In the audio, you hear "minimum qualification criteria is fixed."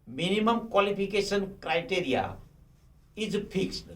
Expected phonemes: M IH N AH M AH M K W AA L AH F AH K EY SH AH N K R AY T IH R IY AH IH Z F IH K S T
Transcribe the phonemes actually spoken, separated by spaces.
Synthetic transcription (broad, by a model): M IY N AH M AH M K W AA L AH P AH K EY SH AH N K R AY T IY R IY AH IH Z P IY K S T